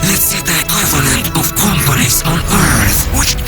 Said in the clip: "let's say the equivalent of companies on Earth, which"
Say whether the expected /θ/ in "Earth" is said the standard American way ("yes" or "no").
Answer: yes